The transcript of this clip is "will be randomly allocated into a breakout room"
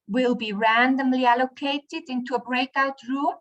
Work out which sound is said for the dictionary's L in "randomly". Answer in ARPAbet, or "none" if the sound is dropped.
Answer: L